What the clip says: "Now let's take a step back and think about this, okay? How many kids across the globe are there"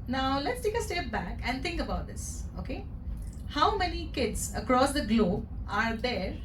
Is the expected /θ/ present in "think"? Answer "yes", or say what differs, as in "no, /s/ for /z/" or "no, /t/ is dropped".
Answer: no, /t/ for /θ/